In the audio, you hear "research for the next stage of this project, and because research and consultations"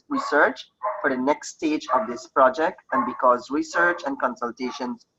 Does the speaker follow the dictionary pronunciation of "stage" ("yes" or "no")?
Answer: yes